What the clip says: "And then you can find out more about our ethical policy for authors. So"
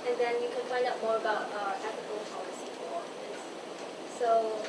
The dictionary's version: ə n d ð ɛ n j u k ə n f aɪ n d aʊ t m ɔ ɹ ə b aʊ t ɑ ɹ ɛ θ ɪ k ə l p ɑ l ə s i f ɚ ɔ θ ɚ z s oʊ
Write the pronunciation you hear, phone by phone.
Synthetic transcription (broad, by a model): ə n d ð ɛ n j u k ə n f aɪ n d aʊ t m ɔ ɹ ə b aʊ t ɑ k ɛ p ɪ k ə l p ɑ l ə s i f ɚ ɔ f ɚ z s oʊ